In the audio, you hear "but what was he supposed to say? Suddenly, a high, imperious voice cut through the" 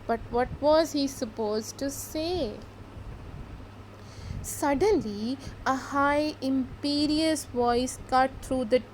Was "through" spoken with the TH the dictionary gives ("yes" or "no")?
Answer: no